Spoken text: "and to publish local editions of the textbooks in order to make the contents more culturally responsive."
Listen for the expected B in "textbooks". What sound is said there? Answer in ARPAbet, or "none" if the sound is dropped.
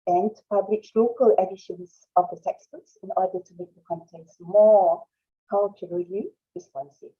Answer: none